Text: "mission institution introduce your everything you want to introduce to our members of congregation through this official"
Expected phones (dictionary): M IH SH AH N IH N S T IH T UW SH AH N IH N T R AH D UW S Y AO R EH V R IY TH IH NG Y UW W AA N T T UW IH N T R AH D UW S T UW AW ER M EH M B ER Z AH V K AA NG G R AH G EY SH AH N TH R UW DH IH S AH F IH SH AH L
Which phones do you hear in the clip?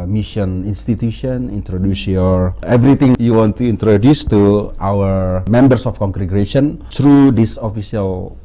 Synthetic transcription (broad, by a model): M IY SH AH N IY N S T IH T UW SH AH N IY N T R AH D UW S Y AO R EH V R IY T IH NG Y UW W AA N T T UW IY N T R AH D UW S T UW AW ER M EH M B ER S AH F K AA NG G R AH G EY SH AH N T R UW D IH S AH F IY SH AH L